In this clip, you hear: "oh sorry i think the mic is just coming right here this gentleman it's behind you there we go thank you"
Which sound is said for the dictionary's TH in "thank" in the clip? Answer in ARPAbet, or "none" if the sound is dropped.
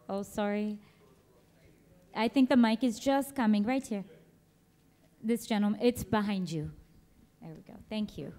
TH